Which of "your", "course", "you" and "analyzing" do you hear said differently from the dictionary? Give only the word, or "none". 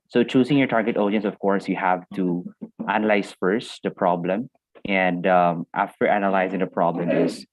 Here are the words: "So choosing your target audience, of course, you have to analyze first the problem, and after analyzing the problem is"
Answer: none